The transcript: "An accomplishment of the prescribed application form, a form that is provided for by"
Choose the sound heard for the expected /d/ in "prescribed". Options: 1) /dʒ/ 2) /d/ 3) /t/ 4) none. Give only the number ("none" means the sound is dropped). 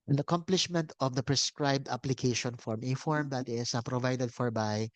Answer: 2